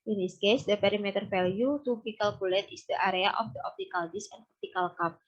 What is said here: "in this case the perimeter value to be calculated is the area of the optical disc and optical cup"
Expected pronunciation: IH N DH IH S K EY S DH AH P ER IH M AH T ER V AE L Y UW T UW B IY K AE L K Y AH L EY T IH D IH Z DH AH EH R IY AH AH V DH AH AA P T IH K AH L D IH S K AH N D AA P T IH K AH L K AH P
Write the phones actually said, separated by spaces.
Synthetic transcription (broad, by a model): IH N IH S K EY S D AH P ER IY M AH T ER F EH L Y UW T UW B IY K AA L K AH L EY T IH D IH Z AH R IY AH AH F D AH AA P T IH K AH L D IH S AH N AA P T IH K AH L K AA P